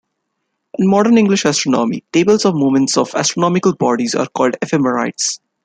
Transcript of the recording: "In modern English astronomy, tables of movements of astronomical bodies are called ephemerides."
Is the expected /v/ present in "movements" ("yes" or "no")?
no